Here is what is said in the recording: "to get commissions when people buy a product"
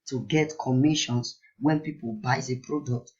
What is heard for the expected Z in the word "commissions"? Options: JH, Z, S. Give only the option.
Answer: S